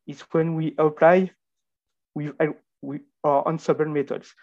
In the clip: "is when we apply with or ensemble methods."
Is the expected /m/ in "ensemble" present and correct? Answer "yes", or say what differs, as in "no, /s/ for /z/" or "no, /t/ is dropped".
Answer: no, /m/ is dropped